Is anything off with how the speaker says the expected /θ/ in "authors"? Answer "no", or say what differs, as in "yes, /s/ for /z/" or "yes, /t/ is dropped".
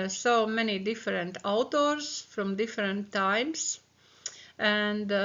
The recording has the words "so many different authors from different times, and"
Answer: yes, /t/ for /θ/